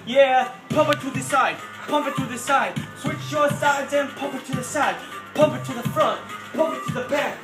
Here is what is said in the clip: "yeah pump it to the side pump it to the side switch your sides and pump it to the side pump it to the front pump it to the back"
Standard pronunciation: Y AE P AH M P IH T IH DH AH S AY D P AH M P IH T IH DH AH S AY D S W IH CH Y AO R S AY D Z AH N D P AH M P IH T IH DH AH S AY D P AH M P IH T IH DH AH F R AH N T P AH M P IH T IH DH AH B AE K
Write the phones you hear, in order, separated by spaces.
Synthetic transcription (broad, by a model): Y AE P AH M P IH T IH DH AH S AY D P AH M P IH T IH DH AH S AY D S W IH CH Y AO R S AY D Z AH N P AH M P IH T IH DH AH S AY D P AH M P IH T IH DH AH F R AH N T P AH M P IH T IH DH AH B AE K